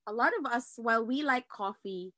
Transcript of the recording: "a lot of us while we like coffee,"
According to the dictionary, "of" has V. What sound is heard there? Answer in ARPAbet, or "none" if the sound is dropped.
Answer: V